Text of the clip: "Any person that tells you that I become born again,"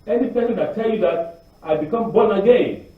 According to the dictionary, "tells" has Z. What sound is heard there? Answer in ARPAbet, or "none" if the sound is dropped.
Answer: none